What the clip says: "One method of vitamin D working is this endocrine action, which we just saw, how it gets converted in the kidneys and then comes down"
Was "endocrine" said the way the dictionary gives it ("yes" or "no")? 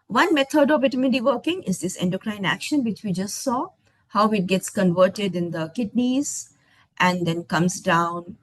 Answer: yes